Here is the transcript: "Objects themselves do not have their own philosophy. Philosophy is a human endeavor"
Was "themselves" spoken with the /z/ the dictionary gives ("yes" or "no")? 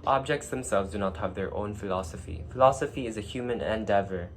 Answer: yes